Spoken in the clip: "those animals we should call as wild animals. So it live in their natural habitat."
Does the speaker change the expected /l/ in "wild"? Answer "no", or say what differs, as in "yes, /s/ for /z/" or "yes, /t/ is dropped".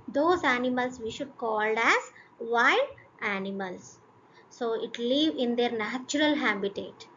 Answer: yes, /l/ is dropped